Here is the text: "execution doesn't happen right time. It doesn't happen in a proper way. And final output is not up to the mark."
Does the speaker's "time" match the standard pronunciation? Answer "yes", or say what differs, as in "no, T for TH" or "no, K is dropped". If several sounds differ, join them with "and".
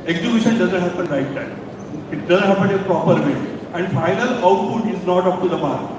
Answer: no, M is dropped